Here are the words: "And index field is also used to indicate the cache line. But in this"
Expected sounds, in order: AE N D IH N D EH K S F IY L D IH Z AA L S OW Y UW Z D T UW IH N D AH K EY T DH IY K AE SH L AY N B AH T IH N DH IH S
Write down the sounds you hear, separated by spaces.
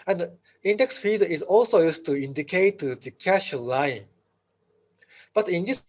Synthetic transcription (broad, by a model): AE N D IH N D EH K S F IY D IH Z AA L S OW Y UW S T UW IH N D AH K EY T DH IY K AE SH L AY N B AH T IH N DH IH S